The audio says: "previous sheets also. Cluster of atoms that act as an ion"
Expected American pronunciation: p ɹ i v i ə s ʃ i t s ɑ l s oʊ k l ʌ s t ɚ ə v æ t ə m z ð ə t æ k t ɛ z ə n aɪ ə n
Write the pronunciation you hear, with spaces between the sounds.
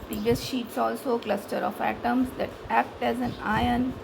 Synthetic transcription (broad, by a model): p ɹ i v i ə s ʃ i t s ɑ l s oʊ k l ʌ s t ɚ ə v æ t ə m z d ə t æ k t ɛ z ə n aɪ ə n